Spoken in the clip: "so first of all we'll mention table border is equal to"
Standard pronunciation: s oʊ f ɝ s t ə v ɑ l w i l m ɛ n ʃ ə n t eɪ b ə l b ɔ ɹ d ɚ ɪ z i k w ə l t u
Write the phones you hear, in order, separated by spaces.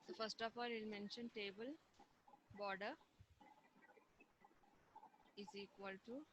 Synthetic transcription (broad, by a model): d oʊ f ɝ s t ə p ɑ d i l m ɛ n ʃ ə n t eɪ b ə l b ɔ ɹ d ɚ ɪ z i k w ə l t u